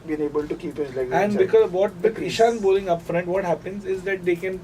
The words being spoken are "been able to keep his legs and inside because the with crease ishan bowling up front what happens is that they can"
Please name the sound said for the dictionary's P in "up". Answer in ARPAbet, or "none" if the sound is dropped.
P